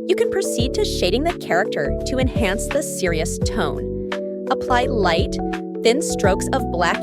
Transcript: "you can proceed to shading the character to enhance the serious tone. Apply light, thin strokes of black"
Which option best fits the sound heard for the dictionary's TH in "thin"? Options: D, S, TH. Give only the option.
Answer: TH